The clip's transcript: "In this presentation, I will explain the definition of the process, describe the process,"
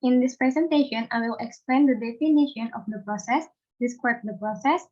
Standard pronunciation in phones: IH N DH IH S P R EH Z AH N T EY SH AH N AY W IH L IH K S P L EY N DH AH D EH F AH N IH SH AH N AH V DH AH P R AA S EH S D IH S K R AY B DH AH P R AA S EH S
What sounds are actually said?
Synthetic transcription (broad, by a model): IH N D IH S P R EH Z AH N T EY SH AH N AY W IH L IH K S P L EY N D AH D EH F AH N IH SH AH N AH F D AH P R AA S EH S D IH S K AY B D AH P R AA S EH S